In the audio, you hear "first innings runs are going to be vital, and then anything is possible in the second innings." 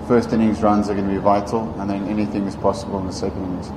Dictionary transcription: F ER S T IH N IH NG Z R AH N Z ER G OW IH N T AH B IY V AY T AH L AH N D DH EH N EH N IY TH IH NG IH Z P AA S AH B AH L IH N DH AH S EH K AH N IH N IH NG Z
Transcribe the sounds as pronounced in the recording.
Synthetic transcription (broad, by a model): F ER S T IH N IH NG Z R AH N Z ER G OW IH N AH B IY V AY T AH L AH N DH EH N EH N IY TH IH NG IH Z P AA S AH B AH L IH N DH AH S EH K AH N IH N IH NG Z